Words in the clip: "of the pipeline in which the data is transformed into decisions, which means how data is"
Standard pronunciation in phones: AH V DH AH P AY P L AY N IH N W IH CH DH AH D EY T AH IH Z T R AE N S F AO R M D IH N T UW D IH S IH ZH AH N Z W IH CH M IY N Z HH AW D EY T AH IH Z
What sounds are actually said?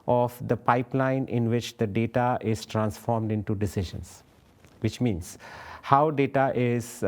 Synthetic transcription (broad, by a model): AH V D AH P AY P L AY N IH N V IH CH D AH D EY T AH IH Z T R AE N S F AO R M D IH N T UW D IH S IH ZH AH N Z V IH CH M IY N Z HH AW D EY T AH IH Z